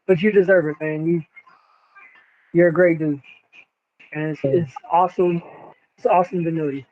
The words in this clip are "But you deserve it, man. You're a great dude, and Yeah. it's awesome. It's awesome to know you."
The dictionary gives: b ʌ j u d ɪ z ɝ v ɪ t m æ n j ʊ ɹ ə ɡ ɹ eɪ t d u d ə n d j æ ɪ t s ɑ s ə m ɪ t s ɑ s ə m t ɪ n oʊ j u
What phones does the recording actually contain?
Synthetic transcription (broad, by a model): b ʌ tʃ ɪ d ɪ z ɝ v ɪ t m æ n j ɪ ɹ ə ɡ ɹ eɪ t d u ə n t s ɪ t s ɑ s ə m ɪ t s ɑ s ə m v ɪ n oʊ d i